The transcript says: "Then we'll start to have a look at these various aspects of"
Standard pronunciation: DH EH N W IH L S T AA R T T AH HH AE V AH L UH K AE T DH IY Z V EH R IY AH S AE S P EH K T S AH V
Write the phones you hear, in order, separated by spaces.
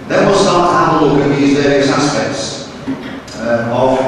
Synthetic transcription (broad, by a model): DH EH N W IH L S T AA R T T AH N AH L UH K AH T DH IY Z V EH R IY AH S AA S P EH K T S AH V